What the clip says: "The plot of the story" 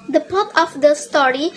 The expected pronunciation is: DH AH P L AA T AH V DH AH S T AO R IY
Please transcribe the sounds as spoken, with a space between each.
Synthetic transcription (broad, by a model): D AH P AA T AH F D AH S T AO R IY